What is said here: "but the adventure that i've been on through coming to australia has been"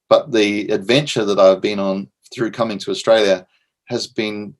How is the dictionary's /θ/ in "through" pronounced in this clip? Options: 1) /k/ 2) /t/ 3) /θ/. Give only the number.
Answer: 3